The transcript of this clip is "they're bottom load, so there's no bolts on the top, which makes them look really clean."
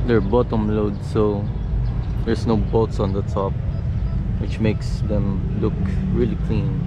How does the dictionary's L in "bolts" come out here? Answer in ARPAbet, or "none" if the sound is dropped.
none